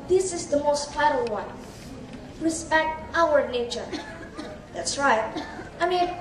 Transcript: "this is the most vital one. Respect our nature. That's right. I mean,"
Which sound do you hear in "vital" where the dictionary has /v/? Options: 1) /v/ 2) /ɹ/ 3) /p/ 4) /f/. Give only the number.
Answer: 4